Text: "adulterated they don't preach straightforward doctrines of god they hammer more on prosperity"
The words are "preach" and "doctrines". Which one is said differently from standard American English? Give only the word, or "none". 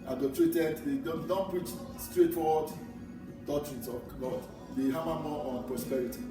doctrines